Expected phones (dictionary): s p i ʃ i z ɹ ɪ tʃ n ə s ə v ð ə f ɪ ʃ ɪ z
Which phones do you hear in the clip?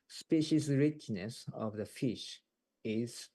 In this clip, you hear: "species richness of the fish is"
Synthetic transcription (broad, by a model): s p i ʃ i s ɹ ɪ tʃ n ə s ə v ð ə f ɪ ʃ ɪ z